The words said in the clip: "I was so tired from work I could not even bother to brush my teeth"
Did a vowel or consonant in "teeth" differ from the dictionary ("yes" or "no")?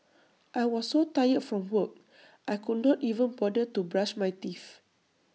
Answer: yes